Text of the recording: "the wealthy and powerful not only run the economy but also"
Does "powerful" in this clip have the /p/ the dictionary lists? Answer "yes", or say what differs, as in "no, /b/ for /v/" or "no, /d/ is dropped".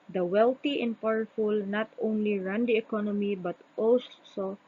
yes